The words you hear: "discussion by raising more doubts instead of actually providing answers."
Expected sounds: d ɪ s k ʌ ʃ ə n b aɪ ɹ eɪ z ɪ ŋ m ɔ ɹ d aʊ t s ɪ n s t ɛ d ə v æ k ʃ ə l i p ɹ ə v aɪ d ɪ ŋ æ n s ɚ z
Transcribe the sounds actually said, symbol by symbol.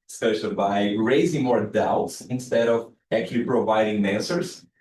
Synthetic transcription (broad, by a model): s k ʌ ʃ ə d b aɪ ɹ eɪ z ɪ ŋ m ɔ ɹ d aʊ t s ɪ n s t ɛ d ə v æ k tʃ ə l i p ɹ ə v aɪ d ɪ ŋ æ n s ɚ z